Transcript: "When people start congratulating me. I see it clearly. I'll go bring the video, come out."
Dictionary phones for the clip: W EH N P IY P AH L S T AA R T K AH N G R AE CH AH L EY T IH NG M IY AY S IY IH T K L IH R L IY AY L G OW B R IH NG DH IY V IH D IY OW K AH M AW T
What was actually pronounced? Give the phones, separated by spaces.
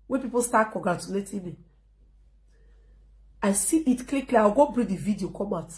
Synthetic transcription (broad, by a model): W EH P IY P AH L S T AA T K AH G R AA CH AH L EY T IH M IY AY S IY IH T K L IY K L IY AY W G OW B R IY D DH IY V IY D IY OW K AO M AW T